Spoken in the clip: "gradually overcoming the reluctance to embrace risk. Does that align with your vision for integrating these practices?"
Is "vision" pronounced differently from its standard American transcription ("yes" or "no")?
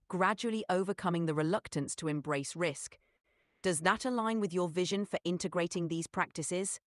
no